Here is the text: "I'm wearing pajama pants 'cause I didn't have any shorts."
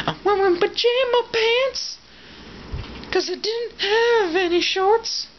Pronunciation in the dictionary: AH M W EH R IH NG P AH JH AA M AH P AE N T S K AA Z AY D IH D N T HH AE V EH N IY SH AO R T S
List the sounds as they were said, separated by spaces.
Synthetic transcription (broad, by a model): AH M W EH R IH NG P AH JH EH M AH P AE N T S K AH Z AY D IH D N T HH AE V EH N IY SH AO R T S